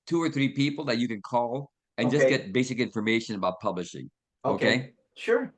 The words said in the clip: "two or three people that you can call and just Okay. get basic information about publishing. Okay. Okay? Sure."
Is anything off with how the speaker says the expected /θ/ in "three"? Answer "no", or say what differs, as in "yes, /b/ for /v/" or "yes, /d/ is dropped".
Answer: no